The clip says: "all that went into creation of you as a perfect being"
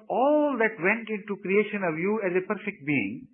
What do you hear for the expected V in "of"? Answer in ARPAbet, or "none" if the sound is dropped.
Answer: V